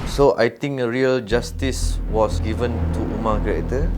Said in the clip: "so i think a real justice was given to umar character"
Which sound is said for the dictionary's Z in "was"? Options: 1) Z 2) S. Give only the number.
2